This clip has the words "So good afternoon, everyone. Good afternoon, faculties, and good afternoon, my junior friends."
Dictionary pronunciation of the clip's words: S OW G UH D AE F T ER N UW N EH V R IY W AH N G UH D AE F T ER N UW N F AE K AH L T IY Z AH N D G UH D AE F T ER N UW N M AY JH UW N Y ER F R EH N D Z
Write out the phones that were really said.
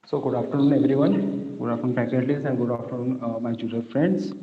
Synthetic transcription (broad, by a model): S OW G UH D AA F T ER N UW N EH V R IY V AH N G UH D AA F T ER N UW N P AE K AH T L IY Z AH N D G UH D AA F T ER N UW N M AY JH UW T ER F R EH N D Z